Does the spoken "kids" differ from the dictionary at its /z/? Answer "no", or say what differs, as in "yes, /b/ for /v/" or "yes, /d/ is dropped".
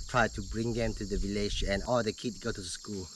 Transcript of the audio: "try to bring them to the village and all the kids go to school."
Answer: yes, /z/ is dropped